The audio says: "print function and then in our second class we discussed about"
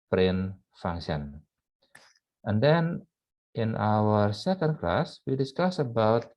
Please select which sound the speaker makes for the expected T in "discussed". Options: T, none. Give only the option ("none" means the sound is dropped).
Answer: none